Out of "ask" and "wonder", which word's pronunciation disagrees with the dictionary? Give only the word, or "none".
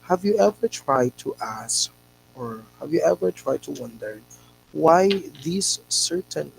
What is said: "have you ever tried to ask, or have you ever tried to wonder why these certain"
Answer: none